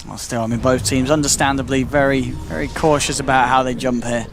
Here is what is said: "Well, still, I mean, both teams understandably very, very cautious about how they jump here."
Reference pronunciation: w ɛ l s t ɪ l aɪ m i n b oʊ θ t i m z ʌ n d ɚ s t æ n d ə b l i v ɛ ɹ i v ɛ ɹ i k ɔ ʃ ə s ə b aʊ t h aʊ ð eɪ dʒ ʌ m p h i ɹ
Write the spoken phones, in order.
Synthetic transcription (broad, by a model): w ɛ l s t ɪ l aɪ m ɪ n b oʊ θ t i m z ʌ n d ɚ s t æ n d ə b l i v ɛ ɹ i v ɛ ɹ i k ɔ ʃ ə s ə b aʊ t h aʊ ð eɪ dʒ ʌ m p h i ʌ